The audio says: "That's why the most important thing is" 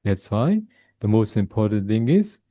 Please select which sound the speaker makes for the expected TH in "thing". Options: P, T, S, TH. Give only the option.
TH